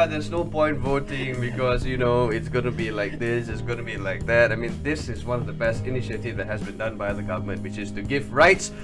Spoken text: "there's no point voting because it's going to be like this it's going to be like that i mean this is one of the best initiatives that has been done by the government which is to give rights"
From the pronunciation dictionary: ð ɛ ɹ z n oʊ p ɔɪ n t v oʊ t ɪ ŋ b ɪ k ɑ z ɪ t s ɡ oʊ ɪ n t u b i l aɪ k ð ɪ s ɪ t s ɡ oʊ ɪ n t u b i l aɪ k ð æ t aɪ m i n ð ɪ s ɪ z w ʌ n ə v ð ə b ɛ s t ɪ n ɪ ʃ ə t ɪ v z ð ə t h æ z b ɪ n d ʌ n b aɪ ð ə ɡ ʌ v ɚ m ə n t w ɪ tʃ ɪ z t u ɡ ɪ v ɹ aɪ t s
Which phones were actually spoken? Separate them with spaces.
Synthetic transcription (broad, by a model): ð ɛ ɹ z n oʊ p ɔɪ n t v oʊ t ɪ ŋ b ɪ k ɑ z ɪ t s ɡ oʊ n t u b i l aɪ k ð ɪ s ɪ t s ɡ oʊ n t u b i l aɪ k ð æ t aɪ m i n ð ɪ s ɪ z w ʌ n ə v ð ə b ɛ s t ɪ n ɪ ʃ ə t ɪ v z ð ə t h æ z b ɪ n d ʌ n b aɪ ð ə ɡ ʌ v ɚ m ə n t w ɪ tʃ ɪ z t u ɡ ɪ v ɹ aɪ t s